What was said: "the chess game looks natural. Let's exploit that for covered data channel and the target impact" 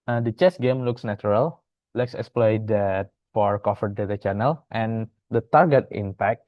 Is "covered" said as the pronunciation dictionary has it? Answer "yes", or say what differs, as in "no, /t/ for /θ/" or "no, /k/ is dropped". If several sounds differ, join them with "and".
no, /f/ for /v/